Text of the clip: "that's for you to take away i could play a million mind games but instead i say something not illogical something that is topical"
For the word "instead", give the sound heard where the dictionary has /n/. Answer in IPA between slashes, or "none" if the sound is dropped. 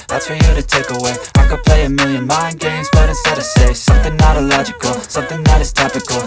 none